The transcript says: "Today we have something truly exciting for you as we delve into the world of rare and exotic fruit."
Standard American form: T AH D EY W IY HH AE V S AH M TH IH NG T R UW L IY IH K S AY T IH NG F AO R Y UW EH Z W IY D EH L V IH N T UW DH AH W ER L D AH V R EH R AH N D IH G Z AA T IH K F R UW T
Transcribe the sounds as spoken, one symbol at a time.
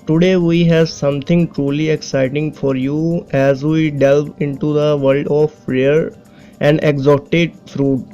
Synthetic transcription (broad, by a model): T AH D EY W IY HH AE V S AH M T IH NG T R UW L IY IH K S AY T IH NG F AO R Y UW EH Z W IY D EH L V IH N T UW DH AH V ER L D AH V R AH R AH N D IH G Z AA T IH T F R UW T